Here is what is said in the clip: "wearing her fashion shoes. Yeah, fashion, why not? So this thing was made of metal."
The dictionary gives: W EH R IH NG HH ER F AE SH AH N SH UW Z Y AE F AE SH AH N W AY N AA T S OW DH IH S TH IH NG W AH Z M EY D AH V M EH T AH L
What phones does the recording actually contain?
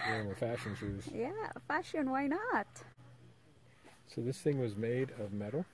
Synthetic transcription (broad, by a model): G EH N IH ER F AE SH AH N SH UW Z Y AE F AE SH AH N W AY N AA T S OW DH IH S TH IH NG W AH Z M EY D AH V M EH T L